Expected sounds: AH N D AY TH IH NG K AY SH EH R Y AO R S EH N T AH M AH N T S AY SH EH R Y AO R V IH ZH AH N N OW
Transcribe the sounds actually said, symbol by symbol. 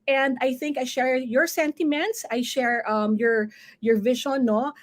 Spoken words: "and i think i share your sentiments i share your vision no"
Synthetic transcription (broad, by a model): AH N D AY TH IH NG K AY SH EH R Y AO R S EH N T AH M AH N T S AY SH EH R Y AO R V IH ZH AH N N OW